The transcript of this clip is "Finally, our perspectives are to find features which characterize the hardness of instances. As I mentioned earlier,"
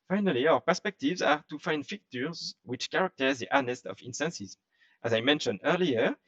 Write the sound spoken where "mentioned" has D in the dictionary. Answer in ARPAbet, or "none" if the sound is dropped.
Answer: D